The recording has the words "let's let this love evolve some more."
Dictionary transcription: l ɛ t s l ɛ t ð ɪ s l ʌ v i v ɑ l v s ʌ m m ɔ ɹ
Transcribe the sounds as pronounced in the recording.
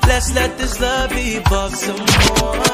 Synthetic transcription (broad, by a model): l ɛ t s l ɛ t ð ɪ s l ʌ b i b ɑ v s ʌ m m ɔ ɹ